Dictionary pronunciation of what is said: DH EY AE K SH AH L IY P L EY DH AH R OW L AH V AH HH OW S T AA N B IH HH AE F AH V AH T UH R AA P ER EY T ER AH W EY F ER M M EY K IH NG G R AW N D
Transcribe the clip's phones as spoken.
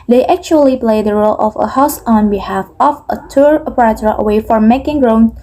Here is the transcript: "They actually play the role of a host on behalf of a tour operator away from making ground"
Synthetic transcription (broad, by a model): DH EY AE K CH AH L IY P L EY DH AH R OW L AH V AH HH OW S AA N B IH HH AE F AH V AH T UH R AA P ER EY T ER AH W EY F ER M M EY K IH NG G R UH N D